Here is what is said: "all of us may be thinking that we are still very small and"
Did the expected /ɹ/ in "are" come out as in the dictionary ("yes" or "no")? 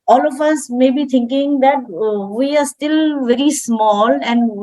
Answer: yes